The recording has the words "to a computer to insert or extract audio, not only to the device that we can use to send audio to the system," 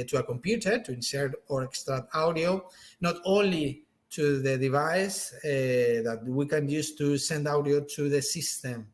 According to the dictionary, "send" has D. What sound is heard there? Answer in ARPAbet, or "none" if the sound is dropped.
D